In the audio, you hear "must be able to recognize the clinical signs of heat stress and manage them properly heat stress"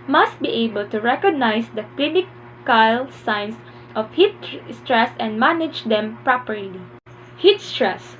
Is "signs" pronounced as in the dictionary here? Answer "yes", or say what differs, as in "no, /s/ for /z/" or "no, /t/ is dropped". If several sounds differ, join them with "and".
no, /s/ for /z/